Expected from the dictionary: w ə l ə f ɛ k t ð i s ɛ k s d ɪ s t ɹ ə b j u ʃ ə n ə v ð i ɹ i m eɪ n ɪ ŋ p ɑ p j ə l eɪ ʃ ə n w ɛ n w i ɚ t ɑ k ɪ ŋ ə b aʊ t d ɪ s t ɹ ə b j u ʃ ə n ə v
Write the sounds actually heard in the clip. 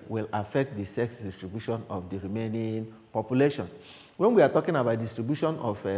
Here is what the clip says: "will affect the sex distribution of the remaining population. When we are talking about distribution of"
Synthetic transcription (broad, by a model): w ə l ə f ɛ k t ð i s ɛ k s d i s t ɹ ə b j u ʃ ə n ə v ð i ɹ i m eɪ n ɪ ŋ p ɑ p j ə l eɪ ʃ ə n w ɛ n w i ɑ t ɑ k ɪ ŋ ə b aʊ t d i s t ɹ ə b j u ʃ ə n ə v